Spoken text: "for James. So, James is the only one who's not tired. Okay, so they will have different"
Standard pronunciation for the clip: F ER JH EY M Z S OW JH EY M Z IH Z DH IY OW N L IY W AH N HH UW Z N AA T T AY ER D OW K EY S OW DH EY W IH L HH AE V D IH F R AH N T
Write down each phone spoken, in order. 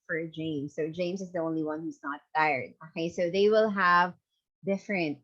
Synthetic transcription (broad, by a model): F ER JH EY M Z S OW JH EY M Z IH Z DH IY OW N L IY W AH N HH UW Z N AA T T AY ER D OW K EY S OW DH EY W IH L HH AE V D IH F R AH N T